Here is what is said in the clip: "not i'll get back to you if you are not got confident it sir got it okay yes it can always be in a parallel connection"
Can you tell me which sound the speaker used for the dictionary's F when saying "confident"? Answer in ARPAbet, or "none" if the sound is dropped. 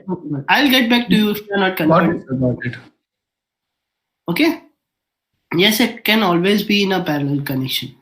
none